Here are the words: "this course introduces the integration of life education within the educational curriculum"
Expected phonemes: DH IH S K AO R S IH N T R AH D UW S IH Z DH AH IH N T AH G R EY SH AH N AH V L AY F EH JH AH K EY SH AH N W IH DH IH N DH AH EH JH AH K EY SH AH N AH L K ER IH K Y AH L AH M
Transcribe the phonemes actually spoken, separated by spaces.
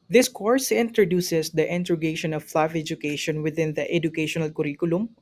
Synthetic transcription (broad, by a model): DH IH S K AO R S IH N T R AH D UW S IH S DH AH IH N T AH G EY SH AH N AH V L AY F EH JH AH K EY SH AH N W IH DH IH N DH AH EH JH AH K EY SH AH N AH L K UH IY K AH L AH M